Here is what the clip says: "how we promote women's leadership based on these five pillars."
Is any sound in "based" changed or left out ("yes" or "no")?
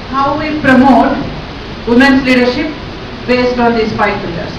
no